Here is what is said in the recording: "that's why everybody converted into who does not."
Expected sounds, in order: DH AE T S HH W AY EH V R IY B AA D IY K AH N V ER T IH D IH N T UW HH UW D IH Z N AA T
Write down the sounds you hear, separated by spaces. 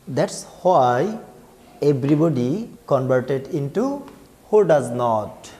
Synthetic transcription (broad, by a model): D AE T S HH W AY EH B R IY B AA D IY K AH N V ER T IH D IH N T UW HH UW D IH Z N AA T